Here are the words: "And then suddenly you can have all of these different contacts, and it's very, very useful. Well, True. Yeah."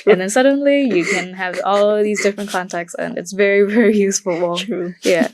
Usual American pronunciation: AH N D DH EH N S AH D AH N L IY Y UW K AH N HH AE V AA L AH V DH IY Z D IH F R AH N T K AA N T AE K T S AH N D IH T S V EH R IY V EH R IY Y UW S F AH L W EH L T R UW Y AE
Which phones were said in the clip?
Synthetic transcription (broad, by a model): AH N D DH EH N S AH D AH N L IY Y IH K AH N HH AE V AA L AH V DH IY Z D IH F R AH N K AA N T AE K T S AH N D IH T S V EH R IY V EH R IY Y UW S F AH L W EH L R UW Y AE